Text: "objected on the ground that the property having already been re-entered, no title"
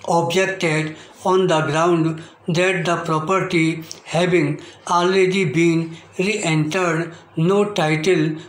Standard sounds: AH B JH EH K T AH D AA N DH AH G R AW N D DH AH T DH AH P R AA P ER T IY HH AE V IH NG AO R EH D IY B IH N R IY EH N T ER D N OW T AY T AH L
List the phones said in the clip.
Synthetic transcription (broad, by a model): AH B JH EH K T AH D AA N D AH G R AW N D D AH T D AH P R AA P ER T IY HH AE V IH NG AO L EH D IY B IH N R IY EH N T ER D N OW T AY T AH L